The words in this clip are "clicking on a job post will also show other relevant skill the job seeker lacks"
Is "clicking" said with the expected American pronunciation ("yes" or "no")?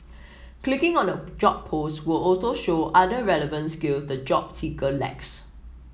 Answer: yes